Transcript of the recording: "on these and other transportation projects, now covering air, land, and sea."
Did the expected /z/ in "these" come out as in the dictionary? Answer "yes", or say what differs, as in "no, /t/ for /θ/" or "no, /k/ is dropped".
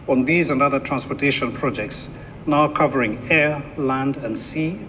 yes